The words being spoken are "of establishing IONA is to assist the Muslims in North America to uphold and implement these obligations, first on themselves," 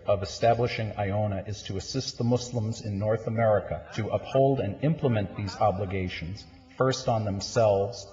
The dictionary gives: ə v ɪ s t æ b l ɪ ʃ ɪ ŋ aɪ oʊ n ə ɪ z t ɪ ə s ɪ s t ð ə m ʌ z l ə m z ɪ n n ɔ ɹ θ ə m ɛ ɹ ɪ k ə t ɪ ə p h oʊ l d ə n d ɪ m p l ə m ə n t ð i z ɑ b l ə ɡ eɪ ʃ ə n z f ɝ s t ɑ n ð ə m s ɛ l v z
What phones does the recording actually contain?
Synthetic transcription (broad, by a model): ə v ɪ s t æ b l ɪ ʃ ɪ ŋ aɪ oʊ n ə ɪ z t ɪ ə s ɪ s t ð ə m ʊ s l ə m z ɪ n n ɔ ɹ θ ə m ɛ ɹ ɪ k ə t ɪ ə p h oʊ l d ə n ɪ m p l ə m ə n ð i z ɑ b l ə ɡ eɪ ʃ ə n z f ɝ s t n ð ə m s ɛ l v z